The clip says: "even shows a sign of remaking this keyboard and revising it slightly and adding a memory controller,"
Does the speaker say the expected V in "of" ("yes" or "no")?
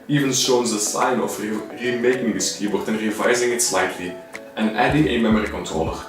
no